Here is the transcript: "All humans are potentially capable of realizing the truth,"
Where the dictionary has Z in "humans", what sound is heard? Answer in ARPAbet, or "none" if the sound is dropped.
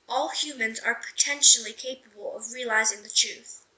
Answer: Z